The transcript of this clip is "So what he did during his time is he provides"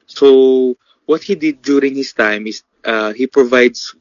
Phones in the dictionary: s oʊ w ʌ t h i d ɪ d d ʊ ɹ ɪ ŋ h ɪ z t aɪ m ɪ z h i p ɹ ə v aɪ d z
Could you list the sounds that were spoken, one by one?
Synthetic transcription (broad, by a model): s oʊ w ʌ t h i d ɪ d d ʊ ɹ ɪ ŋ h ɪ s t aɪ m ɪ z h i p ɹ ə v aɪ d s